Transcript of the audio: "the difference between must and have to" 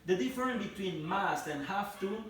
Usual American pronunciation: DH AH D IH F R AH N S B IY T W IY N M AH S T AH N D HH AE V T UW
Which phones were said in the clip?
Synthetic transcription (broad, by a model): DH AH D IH F R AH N B IY T W IY N M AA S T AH N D HH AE F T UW